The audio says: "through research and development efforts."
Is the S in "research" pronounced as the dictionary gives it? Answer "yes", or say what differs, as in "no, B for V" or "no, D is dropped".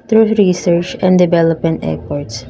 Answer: yes